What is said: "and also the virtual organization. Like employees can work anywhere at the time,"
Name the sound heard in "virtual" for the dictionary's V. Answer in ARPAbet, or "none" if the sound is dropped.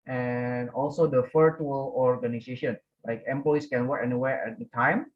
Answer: F